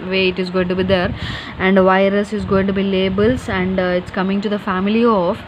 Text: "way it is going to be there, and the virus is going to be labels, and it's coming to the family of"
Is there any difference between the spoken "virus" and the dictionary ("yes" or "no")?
no